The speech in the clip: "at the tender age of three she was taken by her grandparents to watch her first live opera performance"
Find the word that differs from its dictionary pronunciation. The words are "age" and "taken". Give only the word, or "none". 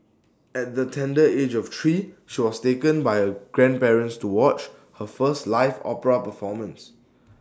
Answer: none